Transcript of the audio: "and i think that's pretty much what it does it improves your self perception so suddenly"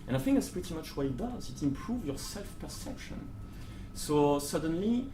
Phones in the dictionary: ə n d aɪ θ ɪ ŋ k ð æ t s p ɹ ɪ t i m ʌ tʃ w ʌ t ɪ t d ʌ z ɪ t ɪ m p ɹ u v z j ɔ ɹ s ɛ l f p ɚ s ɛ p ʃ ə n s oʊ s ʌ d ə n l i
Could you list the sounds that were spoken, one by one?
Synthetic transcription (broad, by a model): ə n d aɪ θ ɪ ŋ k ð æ t s p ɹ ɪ t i m ʌ tʃ w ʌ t ɪ t d ʌ z ɪ t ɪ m p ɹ u v j ɔ ɹ s ɛ l f p ɚ s ɛ p ʃ ə n s oʊ s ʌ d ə n l i